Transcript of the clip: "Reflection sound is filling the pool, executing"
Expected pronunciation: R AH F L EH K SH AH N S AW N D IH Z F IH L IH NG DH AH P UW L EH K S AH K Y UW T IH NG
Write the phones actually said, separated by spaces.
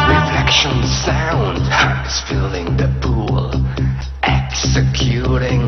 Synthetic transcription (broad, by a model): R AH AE K SH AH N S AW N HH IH S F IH L IH NG DH AH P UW L EH K S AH K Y UW T IH NG